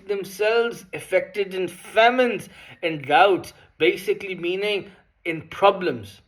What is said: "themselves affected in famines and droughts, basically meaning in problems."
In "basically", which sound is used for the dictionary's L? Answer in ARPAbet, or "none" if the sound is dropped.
L